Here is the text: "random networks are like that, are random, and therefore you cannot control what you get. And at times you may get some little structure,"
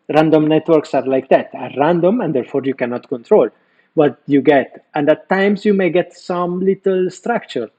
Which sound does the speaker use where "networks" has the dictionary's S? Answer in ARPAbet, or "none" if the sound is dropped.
S